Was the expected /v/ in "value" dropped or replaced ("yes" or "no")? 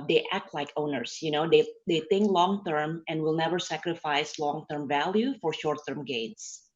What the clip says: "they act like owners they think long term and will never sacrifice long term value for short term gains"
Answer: no